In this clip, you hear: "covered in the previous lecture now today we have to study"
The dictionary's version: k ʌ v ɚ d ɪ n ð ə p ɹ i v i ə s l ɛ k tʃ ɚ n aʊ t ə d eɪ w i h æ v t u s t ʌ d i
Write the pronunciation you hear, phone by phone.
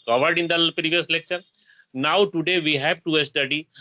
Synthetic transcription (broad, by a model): k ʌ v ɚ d ɪ n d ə p ɹ i v i ə s l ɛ k ʃ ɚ n aʊ t ə d eɪ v i h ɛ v t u s t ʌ d i